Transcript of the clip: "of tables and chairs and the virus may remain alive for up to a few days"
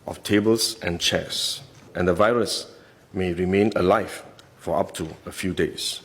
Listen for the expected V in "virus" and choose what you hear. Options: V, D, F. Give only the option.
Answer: V